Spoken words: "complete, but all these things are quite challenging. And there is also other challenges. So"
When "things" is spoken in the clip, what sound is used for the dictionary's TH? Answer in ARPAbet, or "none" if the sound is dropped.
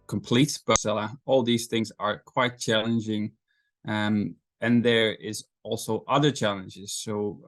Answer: TH